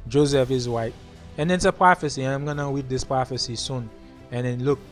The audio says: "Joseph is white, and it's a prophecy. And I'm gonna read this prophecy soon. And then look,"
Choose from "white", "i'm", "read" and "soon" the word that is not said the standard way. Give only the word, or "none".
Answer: read